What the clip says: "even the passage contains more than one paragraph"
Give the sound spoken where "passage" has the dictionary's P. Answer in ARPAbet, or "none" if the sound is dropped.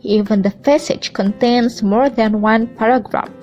F